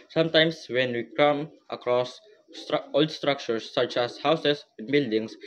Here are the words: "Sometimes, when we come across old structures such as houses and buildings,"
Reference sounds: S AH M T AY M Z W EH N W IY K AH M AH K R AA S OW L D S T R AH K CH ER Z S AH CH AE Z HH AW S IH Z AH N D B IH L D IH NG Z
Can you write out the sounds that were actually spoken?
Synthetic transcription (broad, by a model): S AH M T AY M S W EH N W IY K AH M AH K R AA S OW L D S T R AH K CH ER S AH CH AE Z HH AW S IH S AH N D B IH L D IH NG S